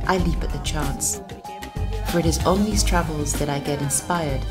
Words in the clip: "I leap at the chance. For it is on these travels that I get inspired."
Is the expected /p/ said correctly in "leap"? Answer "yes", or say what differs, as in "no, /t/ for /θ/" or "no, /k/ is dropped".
yes